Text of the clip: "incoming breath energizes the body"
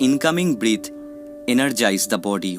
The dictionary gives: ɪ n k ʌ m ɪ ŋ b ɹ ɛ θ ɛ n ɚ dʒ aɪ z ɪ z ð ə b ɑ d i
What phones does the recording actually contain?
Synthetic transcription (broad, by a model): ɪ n k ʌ m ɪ ŋ b ɹ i t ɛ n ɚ dʒ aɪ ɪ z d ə b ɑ d i